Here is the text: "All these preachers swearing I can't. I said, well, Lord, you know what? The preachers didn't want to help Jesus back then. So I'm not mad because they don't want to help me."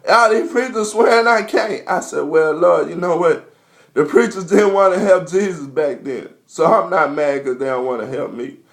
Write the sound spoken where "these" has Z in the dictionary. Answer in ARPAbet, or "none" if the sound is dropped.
none